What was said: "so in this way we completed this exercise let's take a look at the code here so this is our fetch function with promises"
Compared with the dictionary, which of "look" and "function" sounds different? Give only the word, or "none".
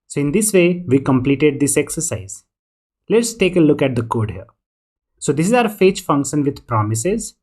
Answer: none